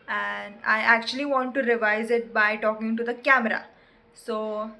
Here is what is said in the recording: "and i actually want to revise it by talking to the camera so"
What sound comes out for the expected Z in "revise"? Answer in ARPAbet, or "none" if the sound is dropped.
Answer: Z